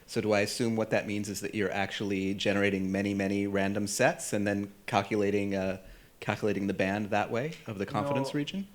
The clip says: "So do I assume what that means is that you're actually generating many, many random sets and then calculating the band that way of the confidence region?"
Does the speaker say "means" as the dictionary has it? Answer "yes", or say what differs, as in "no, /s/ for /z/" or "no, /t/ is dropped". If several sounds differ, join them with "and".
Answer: yes